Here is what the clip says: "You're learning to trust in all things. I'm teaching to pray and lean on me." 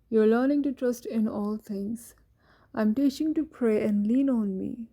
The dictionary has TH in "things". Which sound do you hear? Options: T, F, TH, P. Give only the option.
T